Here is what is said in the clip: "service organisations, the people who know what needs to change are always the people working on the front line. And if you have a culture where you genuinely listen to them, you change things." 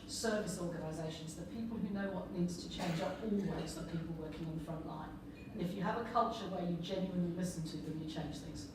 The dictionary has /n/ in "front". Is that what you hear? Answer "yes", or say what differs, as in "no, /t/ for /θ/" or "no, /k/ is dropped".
yes